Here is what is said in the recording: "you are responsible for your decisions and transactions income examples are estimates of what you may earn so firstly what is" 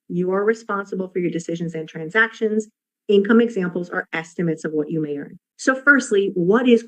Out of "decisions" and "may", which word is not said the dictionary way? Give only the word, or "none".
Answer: none